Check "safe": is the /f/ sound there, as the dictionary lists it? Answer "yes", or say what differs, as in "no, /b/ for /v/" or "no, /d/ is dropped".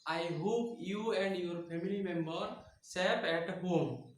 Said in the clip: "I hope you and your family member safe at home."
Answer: no, /p/ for /f/